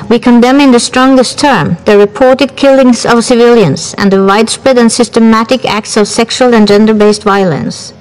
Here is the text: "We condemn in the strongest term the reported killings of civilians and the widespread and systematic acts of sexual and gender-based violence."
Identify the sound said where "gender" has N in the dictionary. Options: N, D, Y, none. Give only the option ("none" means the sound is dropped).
N